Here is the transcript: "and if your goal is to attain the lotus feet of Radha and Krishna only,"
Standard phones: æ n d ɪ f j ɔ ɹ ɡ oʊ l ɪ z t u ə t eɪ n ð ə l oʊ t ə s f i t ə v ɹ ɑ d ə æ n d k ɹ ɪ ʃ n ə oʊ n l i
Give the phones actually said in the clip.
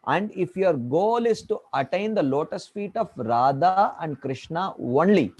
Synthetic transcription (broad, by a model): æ n d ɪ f j ɔ ɹ ɡ oʊ l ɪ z t u ə t eɪ n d ə l oʊ t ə s f i t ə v ɹ ɑ d ə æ n d k ɹ ɪ ʃ n ə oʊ n l i